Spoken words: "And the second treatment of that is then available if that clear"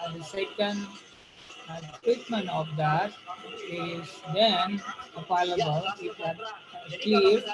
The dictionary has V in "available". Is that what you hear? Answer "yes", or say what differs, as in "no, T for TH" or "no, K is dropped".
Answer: no, P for V